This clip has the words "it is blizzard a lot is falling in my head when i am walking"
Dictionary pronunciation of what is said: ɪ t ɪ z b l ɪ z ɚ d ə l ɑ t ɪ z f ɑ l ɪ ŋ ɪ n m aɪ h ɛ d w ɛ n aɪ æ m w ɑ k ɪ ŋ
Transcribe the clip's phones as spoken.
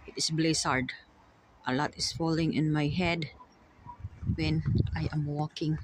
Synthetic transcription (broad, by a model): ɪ t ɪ s b l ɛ s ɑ d ə l ɑ t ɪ s f ɑ l ɪ ŋ ɪ n m aɪ h ɛ d w ɛ n aɪ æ m w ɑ k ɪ ŋ